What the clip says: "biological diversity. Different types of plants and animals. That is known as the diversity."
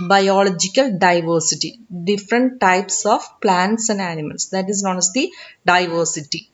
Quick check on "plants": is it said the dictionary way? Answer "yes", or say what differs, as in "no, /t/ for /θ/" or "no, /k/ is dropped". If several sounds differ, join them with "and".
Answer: yes